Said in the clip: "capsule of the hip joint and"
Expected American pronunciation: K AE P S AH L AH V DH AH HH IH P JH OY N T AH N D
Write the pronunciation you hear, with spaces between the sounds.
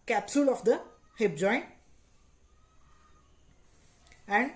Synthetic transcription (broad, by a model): K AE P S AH L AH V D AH HH IH P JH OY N AH N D